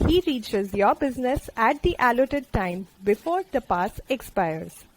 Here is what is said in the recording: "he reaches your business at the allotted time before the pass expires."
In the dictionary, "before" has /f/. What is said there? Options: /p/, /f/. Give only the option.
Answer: /f/